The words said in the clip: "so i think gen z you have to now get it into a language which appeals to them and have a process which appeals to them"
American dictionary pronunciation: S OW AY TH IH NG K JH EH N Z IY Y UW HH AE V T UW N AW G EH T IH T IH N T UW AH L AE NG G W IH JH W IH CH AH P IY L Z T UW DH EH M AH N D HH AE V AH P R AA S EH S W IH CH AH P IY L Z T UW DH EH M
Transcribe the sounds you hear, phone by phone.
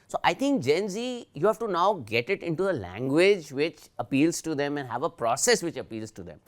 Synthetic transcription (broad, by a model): S OW AY T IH NG K JH EH N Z IY Y UW HH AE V T UW N AW G EH T IH T IH N T UW AH L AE NG G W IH JH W IH CH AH P IY L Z T UW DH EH M AH N D HH AE V AH P R AA S EH S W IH CH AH P IY L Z T UW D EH M